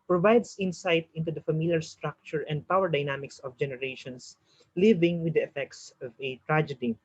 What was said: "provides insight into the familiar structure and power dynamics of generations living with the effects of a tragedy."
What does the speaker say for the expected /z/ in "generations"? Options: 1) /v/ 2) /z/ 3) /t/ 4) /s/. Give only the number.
4